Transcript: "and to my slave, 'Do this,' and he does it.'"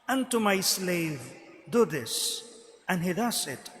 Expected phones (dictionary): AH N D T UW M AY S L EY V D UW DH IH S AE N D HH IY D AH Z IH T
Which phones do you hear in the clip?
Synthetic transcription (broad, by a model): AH N T UW M AY S L EY V D UW DH IH S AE N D HH IY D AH S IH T